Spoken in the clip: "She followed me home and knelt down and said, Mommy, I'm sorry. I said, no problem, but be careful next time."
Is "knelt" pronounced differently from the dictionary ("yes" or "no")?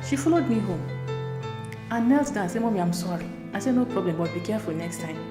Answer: no